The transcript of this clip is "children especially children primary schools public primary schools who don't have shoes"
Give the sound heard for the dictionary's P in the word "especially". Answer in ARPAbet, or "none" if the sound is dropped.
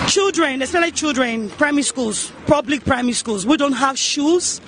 none